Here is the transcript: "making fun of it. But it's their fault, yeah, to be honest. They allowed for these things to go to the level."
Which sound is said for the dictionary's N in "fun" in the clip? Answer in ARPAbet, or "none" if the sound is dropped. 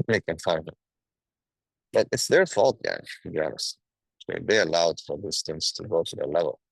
none